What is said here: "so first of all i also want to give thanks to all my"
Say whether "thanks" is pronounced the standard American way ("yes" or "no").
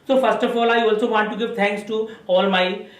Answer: no